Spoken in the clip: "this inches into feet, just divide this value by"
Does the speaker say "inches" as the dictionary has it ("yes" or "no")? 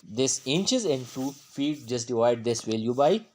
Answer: yes